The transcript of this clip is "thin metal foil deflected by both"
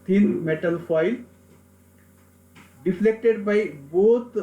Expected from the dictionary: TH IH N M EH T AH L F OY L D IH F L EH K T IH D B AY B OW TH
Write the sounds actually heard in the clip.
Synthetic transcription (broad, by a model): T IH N M EH T AH L F OY L D IH F L EH K T IH D B AY B OW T